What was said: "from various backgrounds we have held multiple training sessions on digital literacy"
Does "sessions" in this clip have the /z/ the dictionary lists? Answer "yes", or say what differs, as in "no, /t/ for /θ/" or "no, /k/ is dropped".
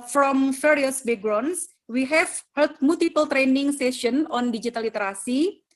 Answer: no, /z/ is dropped